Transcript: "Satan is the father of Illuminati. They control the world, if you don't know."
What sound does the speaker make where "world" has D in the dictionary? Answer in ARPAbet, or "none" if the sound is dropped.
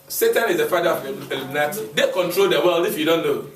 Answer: none